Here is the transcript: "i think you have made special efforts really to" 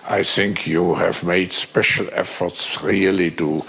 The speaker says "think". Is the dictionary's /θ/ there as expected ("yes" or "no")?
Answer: yes